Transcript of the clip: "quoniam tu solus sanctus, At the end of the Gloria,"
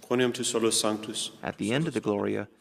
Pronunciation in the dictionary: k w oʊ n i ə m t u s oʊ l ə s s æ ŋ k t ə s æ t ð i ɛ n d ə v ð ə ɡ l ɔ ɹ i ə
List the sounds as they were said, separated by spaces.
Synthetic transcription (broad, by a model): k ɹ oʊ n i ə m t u s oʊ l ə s s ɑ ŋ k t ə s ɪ t ð i ɛ n d ə v ð ə ɡ l ɔ ɹ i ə